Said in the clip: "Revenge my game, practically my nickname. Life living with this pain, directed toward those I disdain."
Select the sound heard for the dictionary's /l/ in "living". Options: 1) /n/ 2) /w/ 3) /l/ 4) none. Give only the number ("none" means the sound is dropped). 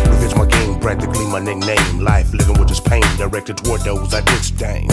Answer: 3